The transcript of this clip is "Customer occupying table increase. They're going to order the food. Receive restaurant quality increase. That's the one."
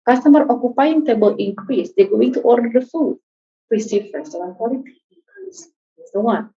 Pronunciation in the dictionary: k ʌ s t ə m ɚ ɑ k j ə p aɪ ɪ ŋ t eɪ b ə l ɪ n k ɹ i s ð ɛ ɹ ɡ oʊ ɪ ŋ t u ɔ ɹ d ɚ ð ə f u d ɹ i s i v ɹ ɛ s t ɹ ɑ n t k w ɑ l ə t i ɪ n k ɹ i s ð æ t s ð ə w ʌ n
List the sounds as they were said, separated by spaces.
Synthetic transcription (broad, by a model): k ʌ s t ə m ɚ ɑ k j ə p aɪ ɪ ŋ t eɪ b ə l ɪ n k ɹ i s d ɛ ɡ oʊ ɪ ŋ t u ɔ ɹ d ɚ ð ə f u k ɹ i s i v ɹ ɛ s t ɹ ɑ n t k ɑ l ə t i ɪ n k ɹ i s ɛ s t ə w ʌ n